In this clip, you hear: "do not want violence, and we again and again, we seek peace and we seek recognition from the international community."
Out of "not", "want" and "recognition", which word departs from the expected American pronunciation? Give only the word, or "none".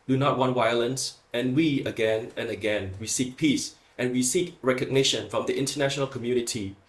none